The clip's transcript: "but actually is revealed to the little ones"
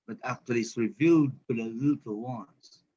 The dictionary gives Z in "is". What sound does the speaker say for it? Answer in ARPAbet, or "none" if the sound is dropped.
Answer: S